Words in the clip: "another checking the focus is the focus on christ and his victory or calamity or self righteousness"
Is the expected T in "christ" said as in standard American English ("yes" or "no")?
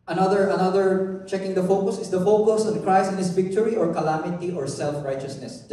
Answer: no